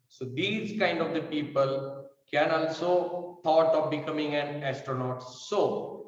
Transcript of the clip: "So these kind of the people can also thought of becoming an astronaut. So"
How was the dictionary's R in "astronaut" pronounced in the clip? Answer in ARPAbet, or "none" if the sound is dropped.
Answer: R